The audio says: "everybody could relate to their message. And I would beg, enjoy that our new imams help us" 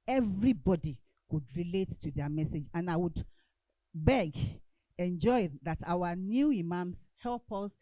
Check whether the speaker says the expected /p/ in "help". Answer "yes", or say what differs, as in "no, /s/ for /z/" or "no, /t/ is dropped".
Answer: yes